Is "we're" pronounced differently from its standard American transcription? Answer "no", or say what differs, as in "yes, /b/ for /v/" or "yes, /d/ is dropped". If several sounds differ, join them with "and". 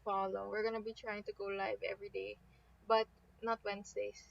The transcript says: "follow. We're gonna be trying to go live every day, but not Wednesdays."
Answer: no